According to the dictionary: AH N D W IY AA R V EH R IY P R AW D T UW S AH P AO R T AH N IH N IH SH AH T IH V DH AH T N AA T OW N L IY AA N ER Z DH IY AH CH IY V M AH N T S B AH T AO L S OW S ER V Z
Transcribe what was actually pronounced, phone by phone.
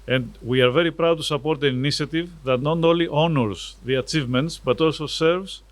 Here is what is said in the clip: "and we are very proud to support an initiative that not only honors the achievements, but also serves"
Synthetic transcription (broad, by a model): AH N D W IY AA R V EH R IY P R AW D T UW S AH P AO R T AH N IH N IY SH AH T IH V DH AH T N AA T OW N L IY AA N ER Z DH IY AH CH IY V M AH N T S B AH T AO L S OW S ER V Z